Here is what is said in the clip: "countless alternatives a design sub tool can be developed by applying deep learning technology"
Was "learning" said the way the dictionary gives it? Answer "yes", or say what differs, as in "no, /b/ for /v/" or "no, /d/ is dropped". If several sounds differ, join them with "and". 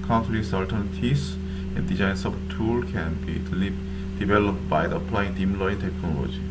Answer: no, /n/ is dropped